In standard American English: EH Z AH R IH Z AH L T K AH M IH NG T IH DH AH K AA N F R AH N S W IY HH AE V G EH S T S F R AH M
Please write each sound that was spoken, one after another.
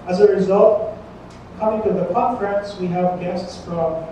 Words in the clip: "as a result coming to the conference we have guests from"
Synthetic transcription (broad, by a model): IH Z AH R IH Z AH L T K AH M IH NG T IH DH AH K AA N F R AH N S W IY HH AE V G EH S T S F R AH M